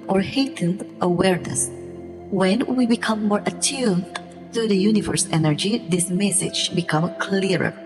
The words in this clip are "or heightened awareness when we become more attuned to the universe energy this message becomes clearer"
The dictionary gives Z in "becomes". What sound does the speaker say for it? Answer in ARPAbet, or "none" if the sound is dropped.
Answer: none